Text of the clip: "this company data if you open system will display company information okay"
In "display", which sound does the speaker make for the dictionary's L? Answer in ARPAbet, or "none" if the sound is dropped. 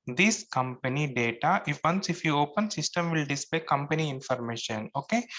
none